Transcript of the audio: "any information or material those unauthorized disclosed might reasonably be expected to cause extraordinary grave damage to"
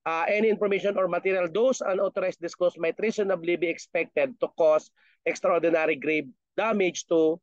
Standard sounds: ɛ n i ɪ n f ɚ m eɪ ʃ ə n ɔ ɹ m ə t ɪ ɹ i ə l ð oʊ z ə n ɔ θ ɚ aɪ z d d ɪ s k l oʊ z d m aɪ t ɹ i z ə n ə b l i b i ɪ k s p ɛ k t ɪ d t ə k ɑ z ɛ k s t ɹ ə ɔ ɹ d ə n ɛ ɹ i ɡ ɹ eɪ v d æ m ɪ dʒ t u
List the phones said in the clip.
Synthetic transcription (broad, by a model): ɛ n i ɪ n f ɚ m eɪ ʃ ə n ɔ ɹ m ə t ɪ ɹ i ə l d oʊ s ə n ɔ t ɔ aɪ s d d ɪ s k oʊ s m aɪ t ɹ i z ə n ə b l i b i ɪ k s p ɛ k t ɪ d t ə k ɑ s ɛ k s t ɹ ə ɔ ɹ d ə n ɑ ɹ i ɡ ɹ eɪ b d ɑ m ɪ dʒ t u